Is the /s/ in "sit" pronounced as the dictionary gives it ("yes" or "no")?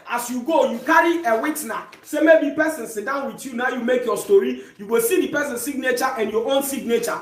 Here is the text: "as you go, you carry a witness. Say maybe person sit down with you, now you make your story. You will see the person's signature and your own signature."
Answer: yes